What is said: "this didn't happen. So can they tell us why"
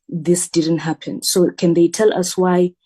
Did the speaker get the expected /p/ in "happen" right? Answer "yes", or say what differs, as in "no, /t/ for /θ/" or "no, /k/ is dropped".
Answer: yes